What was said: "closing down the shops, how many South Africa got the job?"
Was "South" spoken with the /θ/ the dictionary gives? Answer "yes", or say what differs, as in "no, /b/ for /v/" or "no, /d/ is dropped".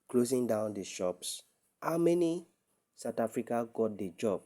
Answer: no, /t/ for /θ/